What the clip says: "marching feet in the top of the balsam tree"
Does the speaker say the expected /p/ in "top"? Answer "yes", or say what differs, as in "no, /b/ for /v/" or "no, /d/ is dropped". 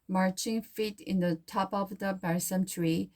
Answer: yes